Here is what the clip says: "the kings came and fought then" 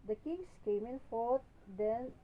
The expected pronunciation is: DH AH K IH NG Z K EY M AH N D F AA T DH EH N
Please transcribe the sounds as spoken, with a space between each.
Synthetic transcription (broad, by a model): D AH K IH NG S K EY M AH N F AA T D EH N